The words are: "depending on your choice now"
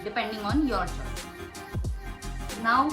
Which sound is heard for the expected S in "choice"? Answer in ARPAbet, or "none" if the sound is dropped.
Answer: none